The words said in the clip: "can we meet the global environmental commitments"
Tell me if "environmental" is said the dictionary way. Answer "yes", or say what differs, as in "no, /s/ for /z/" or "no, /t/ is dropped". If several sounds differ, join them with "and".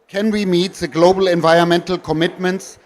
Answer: yes